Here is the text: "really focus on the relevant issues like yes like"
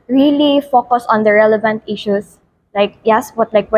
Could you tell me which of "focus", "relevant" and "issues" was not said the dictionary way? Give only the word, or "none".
issues